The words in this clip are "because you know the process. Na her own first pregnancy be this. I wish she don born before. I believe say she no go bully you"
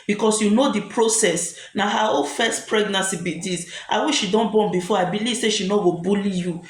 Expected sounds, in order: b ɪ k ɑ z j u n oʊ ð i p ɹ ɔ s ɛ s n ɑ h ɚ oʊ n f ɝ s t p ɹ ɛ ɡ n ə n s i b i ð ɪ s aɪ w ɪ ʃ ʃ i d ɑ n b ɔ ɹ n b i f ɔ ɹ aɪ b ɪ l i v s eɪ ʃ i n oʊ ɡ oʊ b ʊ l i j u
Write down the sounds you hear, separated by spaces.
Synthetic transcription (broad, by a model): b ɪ k ɑ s j u n oʊ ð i p ɹ ɔ s ɛ s n ɑ h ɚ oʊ l f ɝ s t p ɹ ɛ ɡ n ə n s i b i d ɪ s aɪ w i ʃ ʃ i d ɑ n b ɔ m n b i f ɔ aɪ b ɪ l i v s eɪ ʃ i n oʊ ɡ oʊ b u l i j u